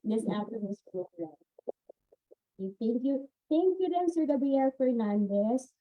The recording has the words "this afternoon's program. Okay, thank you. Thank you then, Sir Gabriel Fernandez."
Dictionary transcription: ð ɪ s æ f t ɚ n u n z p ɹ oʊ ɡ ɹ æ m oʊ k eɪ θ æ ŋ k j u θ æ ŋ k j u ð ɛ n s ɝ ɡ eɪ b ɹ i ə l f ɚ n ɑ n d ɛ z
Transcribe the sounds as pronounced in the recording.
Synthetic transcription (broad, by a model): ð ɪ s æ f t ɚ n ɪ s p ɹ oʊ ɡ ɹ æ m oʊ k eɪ θ æ ŋ k j u θ æ ŋ k j u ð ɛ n s ɝ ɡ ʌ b i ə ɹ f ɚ n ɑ n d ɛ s